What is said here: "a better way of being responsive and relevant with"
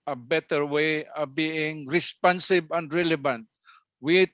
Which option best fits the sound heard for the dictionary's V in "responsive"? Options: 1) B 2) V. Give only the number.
1